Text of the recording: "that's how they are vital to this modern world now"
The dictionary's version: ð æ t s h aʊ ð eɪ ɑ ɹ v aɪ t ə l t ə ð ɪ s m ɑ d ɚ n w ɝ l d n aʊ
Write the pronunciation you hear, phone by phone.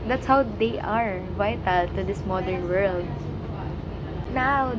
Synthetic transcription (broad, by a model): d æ t s h aʊ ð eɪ ɑ ɹ v aɪ t ə l t ə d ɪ s m ɑ d ɚ n w ɝ l d n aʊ